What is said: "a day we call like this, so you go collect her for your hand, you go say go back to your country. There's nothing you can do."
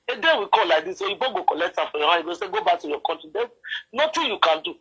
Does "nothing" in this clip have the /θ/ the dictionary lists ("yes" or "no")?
no